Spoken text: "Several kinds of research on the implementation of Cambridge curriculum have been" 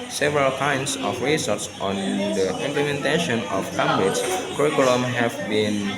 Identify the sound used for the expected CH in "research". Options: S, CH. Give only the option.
S